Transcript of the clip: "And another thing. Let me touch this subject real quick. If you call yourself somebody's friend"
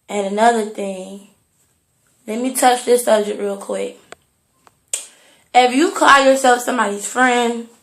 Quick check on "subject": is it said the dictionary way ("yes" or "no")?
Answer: no